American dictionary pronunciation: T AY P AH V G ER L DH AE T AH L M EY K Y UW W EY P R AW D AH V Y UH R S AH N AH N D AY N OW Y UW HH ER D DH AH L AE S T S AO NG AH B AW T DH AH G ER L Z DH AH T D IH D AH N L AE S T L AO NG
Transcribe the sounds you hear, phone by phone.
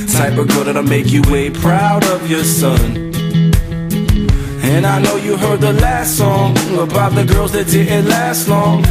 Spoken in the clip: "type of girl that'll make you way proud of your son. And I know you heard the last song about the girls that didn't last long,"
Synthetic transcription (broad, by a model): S AY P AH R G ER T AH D M EY K Y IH W EY P R AW D AH V Y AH R S AH N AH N AY N OW Y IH HH ER D DH AH L AE S T S AO NG AH B AW T DH AH G ER L Z DH AH T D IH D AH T L AE S T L AO NG